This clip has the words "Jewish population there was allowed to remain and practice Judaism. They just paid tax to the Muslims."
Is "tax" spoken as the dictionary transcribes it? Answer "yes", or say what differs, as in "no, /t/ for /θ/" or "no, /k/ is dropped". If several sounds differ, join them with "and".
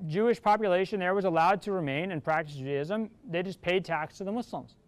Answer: yes